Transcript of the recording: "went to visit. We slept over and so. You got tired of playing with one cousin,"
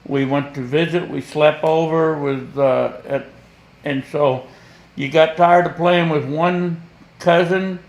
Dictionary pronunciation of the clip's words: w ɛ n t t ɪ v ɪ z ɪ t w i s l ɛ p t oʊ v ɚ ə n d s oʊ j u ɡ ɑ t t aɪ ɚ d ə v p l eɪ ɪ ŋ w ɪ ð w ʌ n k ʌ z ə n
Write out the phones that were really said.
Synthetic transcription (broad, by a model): w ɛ n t t ɪ v ɪ z ɪ t w i s l ɛ p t oʊ v ɚ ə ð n s oʊ j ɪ ɡ ɑ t t aɪ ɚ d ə p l eɪ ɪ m w ɪ ð w ʌ n k ʌ z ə n